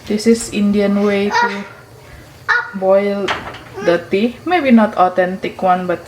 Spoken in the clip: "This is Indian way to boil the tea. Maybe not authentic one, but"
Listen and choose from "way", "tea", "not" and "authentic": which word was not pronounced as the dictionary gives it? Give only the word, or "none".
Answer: authentic